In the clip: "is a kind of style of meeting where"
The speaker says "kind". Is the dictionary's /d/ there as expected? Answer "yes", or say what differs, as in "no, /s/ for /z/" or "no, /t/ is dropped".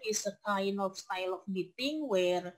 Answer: no, /d/ is dropped